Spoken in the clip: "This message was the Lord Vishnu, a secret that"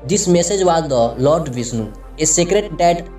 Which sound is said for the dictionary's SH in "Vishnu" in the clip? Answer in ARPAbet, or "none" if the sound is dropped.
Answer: S